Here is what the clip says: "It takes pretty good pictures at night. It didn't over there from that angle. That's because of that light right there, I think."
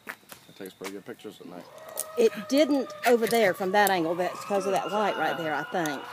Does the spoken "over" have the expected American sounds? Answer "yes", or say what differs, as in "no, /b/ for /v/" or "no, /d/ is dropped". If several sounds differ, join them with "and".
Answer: yes